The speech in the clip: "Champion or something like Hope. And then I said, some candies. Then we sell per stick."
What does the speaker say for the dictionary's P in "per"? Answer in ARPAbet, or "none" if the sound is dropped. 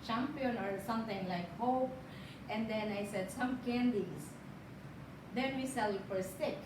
F